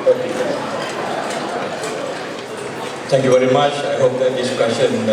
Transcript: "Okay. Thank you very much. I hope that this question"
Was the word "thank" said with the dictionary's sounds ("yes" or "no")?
no